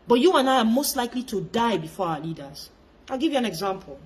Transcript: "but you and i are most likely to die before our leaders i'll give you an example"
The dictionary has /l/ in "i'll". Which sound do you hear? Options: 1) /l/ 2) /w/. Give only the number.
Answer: 1